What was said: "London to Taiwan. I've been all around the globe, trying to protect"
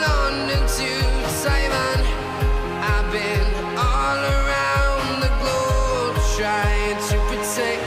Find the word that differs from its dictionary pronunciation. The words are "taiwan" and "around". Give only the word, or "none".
taiwan